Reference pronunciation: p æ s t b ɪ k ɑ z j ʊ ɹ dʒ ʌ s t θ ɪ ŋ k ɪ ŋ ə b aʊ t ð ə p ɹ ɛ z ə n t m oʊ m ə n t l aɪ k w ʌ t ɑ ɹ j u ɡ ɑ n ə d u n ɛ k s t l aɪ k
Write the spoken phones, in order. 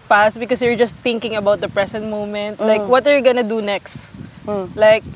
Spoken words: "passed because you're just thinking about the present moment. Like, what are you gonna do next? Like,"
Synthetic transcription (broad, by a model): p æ s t b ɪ k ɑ s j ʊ ɹ dʒ ʌ s t θ ɪ ŋ k ɪ ŋ ə b aʊ t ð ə p ɹ ɛ s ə n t m oʊ m ə n t l aɪ k w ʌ t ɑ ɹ j u ɡ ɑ n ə d u n ɛ k s t l aɪ k